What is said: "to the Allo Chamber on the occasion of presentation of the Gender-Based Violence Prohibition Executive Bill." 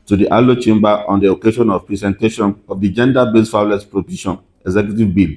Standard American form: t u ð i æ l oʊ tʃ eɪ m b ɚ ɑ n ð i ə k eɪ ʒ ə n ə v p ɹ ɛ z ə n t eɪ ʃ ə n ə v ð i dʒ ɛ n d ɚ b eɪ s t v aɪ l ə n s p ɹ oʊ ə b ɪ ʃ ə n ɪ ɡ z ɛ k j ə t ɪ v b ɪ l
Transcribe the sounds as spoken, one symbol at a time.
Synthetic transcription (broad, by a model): t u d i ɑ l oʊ tʃ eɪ m b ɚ ɑ n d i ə k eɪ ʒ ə n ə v p ɹ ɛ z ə n t eɪ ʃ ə n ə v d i dʒ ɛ n d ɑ b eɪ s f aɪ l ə s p ɹ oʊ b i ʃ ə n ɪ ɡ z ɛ k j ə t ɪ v b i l